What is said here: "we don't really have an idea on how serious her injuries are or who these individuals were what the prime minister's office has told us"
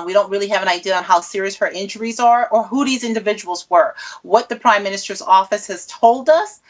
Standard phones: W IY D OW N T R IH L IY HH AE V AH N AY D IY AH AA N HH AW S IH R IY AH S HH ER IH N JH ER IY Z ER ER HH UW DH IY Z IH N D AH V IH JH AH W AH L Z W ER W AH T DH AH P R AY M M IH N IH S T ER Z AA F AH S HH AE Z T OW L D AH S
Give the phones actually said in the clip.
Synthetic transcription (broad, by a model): W IY D OW N T R IH L IY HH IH V AH N AY D IY AH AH N HH AW S IH R IY AH S HH ER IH N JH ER IY Z ER ER HH UW DH IY Z IH N D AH V IH JH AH W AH L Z W ER W AH T DH AH P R AY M M IH N IH S T ER Z AA F AH S HH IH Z T OW L D AH S